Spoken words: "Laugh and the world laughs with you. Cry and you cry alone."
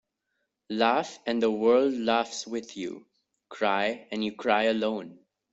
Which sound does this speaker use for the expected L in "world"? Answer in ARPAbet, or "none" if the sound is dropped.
L